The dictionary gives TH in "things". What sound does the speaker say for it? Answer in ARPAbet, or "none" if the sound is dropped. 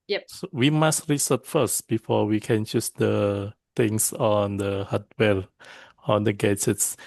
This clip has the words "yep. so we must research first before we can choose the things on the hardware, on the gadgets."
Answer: T